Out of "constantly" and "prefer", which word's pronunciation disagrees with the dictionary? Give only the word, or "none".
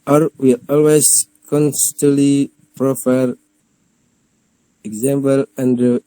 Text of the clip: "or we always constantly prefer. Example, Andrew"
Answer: none